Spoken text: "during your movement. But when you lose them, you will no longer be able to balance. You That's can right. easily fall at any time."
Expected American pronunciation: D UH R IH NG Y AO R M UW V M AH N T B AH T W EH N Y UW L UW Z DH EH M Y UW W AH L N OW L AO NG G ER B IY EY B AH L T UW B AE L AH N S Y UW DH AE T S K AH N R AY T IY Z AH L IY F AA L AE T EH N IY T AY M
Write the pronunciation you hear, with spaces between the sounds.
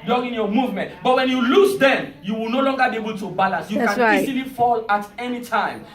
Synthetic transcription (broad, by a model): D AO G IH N Y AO M UW V M AH N T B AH T W EH N Y UW L UW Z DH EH M Y UW W AH L N OW L AO NG G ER B IY EY B AH L T UW B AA L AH N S Y UW K AH N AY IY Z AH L IY F AA L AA T EH N IY T AY M